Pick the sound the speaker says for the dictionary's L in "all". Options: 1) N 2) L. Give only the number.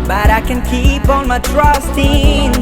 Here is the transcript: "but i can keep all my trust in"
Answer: 1